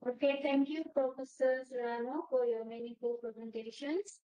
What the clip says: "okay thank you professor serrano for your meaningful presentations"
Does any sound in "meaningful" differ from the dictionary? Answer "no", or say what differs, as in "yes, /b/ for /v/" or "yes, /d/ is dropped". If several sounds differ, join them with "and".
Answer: yes, /ŋ/ is dropped